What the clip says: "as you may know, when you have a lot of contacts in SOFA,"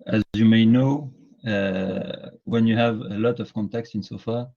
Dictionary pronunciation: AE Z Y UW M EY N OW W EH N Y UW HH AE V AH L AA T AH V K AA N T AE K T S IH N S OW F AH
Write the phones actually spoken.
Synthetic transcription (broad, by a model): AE Z Y UW M EY N OW W EH N Y UW HH AE V AH L AA T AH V K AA N T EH K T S IH N S OW F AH